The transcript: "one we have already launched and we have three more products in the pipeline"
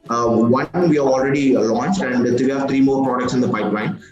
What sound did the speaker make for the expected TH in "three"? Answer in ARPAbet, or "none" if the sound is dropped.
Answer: T